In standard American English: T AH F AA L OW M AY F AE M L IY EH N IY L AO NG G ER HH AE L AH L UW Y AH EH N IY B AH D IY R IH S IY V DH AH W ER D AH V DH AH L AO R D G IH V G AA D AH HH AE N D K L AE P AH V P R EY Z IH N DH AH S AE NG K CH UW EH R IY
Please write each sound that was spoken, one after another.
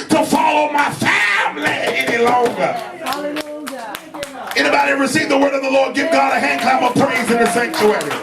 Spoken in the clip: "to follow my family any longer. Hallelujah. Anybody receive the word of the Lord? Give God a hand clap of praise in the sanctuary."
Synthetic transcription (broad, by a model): T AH F AA L OW M AY F AE M L IY EH N IY L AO NG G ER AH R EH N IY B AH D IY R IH S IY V DH AH W ER D AH V DH AH L AO R D G IH V G AA D AH HH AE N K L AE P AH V P R EY Z IH N DH AH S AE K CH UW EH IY